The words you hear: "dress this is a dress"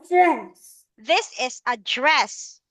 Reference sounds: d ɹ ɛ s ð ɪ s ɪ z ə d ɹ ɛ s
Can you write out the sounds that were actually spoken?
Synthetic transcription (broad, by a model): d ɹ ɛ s ð ɪ s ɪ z ə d ɹ ɛ s